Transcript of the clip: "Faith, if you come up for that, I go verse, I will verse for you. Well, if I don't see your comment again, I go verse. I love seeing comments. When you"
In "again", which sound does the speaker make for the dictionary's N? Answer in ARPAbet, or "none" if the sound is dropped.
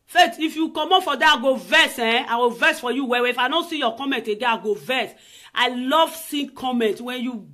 none